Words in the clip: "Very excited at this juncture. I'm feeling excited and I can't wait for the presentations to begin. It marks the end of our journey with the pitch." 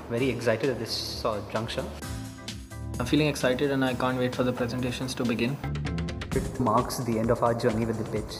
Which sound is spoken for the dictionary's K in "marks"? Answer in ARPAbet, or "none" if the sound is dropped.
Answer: K